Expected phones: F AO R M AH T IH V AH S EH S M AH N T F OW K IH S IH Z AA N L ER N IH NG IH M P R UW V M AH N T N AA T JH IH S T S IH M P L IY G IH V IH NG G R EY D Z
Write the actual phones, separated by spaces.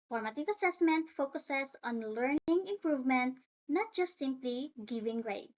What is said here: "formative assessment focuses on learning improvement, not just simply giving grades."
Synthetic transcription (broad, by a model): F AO R M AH T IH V AH S EH S M AH N T F OW K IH S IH S AA N L ER N IH NG IH M P R UW V M AH N T N AA T JH IH S T S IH M P L IY G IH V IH NG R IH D